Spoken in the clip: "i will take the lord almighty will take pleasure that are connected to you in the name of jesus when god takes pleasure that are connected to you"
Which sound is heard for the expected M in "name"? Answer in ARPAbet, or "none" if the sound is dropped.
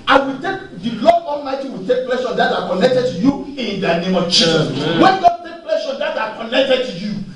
M